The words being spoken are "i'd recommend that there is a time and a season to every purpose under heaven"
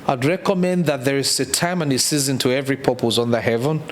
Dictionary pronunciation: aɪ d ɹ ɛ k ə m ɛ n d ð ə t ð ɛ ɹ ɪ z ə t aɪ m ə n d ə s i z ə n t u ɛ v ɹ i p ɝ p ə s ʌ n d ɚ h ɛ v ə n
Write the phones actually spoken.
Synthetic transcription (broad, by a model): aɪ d ɹ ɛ k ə m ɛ n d ð ə t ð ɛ ɹ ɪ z ə t aɪ m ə n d ə s i z ə n t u ɛ v ɹ i p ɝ p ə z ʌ n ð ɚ h ɛ v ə n